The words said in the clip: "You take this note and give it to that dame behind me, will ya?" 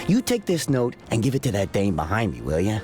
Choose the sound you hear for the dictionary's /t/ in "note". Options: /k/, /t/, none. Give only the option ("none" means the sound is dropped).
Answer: /t/